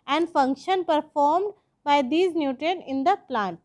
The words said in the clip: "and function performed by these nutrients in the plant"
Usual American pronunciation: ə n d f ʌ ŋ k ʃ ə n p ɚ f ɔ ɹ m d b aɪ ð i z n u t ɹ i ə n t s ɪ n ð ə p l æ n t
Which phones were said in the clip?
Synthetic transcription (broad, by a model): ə n d f ʌ ŋ k ʃ ə n p ɚ f ɔ ɹ m d b aɪ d i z n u t i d ɪ n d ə p l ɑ n t